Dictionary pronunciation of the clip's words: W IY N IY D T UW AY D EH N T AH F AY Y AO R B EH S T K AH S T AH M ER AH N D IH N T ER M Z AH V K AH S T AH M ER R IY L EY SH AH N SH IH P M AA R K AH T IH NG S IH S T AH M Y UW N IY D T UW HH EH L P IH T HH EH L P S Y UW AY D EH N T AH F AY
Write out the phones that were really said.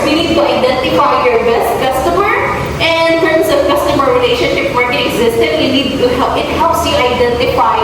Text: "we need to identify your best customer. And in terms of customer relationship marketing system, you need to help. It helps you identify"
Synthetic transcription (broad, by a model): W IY N IY D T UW AY D EH N T AH F AY Y AO R B EH S T K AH S T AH M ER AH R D IH N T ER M S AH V K AH S T AH M ER R IY L EY SH AH N SH IH P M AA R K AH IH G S IH S T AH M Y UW N IY D T UW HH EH IH T HH EH L P S Y UW AY D EH N T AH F AY